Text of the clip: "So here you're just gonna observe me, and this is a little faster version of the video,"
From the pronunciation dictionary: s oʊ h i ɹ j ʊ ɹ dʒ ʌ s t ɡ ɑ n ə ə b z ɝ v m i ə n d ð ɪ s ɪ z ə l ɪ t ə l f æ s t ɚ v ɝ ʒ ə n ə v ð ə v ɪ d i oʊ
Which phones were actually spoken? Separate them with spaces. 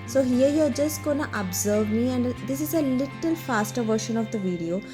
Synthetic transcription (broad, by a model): s oʊ h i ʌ j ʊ dʒ ʌ s t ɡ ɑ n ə ə b z ɝ v m i ə n d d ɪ s ɪ z ə l ɪ t ə l f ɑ s t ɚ v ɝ ʃ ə n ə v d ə v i d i oʊ